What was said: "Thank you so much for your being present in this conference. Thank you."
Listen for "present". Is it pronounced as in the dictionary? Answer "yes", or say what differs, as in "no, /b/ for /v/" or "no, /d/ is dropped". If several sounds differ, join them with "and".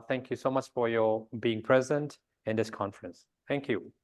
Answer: yes